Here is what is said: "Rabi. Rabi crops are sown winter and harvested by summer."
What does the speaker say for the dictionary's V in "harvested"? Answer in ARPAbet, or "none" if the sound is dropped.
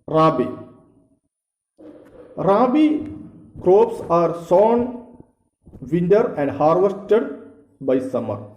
V